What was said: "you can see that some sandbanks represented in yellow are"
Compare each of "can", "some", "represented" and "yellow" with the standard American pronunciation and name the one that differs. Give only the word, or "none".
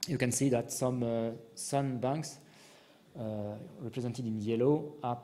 none